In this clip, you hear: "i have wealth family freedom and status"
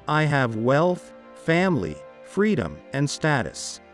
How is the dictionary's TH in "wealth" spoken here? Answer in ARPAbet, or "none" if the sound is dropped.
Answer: TH